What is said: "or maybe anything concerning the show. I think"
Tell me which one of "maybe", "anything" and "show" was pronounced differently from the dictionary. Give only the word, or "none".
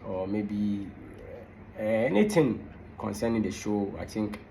anything